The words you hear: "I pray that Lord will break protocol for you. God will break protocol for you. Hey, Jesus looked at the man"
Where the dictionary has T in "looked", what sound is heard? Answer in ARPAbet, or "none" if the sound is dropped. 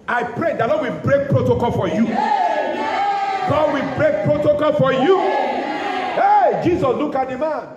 none